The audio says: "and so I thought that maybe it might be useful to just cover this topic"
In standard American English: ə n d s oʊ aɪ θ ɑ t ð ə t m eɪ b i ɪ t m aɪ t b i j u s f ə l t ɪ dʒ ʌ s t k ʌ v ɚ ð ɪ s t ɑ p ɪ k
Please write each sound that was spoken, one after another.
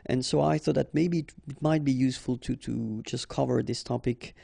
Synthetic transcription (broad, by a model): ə n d s oʊ aɪ θ ɑ t ð ə t m eɪ b i ɪ t m aɪ t b i j u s f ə l t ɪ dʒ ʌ s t k ʌ v ɚ ð ɪ s t ɑ p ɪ k